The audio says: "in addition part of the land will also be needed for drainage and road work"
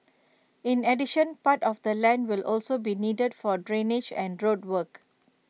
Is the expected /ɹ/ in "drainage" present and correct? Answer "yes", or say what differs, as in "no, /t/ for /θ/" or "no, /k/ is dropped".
yes